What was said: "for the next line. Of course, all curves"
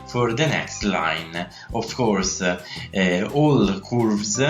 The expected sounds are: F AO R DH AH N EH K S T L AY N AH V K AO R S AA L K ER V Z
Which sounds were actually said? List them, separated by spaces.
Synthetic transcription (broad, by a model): F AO R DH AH N EH K S T L AY N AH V K AO R S AA L K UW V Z